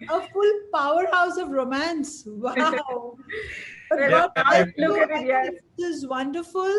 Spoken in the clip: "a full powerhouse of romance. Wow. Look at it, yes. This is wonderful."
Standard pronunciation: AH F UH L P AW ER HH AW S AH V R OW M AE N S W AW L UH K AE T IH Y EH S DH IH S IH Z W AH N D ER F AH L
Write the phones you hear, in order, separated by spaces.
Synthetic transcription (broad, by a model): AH F UH L P AW ER HH AW S AH V R OW M AE N S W AW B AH AA IH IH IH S IH Z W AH N D ER F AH L